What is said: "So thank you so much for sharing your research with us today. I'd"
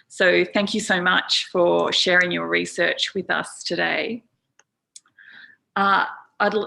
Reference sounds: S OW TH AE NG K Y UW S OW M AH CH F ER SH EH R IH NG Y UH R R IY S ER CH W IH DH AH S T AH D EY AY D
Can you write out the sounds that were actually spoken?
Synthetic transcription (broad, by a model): S OW TH AE NG K Y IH S OW M AH CH F ER SH EH R IH NG Y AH R R IY S ER CH W IH DH AH S T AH D EY AY D